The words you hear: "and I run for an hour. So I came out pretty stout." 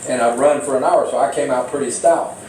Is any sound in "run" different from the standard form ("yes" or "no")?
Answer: no